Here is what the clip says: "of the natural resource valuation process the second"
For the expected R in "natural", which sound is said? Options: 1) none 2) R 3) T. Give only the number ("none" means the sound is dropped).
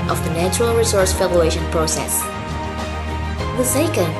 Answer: 2